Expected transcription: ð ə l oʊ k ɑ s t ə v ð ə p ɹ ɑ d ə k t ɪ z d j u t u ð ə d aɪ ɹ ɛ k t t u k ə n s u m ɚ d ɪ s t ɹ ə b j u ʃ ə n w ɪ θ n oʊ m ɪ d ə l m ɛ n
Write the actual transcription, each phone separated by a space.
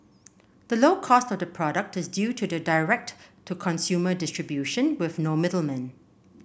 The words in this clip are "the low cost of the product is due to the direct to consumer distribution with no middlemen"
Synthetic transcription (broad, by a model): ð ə l oʊ k ɑ s t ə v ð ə p ɹ ɑ d ə k t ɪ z d j u t u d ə d aɪ ɹ ɛ k t t u k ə n s u m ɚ d ɪ s t ɹ ə b j u ʃ ə n w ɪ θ n oʊ m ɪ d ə l m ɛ n